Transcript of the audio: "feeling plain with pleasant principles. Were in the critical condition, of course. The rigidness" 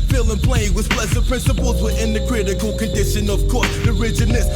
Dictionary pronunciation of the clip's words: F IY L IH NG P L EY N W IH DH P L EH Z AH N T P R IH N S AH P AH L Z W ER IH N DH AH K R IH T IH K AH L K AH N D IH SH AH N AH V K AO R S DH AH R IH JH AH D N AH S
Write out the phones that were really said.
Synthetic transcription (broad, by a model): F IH L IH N P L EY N W IH DH P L EH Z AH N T P R IH N S AH P AH L Z W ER IH N DH AH K R IH T IH K AH L K AH N D IH SH AH N AH V K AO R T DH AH R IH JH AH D N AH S